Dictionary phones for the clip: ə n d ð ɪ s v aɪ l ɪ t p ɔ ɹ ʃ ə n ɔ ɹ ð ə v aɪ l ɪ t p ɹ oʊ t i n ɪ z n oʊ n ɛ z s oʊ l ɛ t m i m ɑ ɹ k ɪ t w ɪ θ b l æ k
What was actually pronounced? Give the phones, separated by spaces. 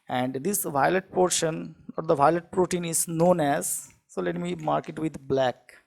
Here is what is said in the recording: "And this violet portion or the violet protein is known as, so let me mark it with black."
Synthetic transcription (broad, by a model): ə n d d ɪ s v aɪ l ɪ t p ɔ ɹ ʃ ə n ɔ ɹ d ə v aɪ l ɪ t p ɹ oʊ t i n ɪ z n oʊ n ɛ z s oʊ l ɛ t m i m ɑ ɹ k ɪ t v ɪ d b l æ k